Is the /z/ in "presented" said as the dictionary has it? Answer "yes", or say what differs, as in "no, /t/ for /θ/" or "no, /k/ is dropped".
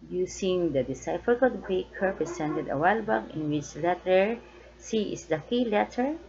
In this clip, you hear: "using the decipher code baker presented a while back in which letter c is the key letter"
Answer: no, /s/ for /z/